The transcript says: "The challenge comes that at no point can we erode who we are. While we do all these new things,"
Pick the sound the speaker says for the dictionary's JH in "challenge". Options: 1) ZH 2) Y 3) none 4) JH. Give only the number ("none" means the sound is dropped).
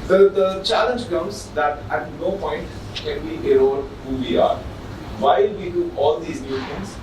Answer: 4